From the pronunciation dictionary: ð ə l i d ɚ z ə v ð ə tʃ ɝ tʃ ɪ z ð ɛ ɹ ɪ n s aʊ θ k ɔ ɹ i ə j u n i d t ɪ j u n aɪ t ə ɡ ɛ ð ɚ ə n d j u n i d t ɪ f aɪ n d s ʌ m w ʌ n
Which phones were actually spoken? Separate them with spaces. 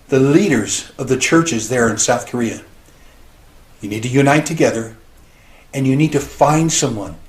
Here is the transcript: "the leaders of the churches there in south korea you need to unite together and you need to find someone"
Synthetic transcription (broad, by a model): ð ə l i d ɚ z ə v ð ə tʃ ɝ tʃ ɪ z ð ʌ ɹ ɪ n s aʊ θ k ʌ ɹ i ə j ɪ n i d t ɪ j u n aɪ t ə ɡ ɛ ð ɚ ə n j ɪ n i d t ɪ f aɪ n d s ʌ m w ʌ n